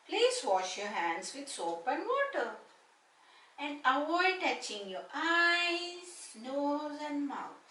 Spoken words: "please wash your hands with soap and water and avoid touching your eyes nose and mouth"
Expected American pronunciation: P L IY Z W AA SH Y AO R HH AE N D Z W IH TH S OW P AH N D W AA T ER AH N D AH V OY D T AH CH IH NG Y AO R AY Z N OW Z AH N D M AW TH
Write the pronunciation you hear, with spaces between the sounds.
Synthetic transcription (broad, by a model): P L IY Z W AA SH Y AO R HH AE N D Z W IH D S OW P AH N D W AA T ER AH N D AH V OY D T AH CH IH NG Y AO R AY Z N OW Z AH N D M AW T